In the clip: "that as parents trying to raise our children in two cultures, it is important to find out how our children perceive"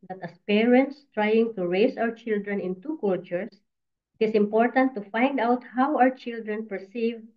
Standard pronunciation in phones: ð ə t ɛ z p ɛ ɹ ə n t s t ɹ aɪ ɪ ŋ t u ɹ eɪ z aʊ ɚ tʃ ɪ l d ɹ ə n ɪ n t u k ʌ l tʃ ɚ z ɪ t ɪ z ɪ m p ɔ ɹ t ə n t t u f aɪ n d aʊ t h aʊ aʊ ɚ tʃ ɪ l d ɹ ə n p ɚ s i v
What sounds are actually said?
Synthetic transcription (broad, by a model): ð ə t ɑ s p ɛ ɹ ə n t s t ɹ aɪ ɪ ŋ t u ɹ eɪ s aʊ ɚ tʃ ɪ l d ɹ ə n ɪ n t u k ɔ l tʃ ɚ s ɪ t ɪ s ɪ m p ɔ ɹ t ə n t t u f aɪ n d aʊ t h aʊ aʊ ɚ tʃ ɪ l d ɹ ə n p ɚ s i v